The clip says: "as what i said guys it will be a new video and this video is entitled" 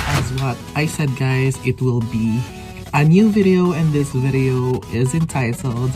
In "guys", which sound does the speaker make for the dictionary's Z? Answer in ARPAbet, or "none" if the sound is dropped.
Z